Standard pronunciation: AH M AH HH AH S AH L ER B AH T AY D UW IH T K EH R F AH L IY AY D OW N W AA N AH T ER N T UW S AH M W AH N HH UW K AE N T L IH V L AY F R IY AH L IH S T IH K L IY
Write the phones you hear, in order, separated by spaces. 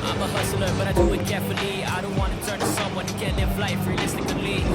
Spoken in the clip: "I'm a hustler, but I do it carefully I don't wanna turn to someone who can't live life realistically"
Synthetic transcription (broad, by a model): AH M AH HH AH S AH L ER B AH T AY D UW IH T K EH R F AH L IY AY D OW N W AA N AH T ER N T UW S AH M W AH N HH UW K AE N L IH F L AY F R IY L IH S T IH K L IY